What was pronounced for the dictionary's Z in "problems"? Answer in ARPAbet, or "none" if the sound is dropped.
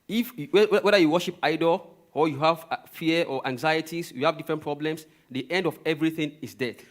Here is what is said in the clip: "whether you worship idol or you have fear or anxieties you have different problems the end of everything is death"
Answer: S